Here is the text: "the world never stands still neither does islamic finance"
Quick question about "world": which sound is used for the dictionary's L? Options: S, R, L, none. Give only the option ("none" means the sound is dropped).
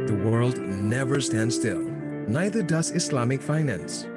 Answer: L